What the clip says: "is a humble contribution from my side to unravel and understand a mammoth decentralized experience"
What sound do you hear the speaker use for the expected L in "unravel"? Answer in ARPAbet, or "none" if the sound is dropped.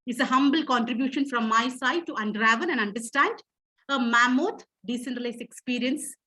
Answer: N